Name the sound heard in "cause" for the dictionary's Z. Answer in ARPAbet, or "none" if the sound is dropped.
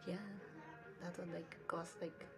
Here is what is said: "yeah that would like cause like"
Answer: S